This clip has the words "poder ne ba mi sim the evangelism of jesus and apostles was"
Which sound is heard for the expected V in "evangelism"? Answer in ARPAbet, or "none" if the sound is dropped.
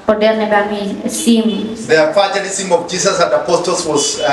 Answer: F